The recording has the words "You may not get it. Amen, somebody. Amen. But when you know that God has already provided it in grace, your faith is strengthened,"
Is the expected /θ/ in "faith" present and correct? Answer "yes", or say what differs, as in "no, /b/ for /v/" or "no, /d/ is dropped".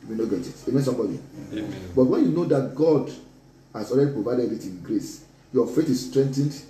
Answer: no, /t/ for /θ/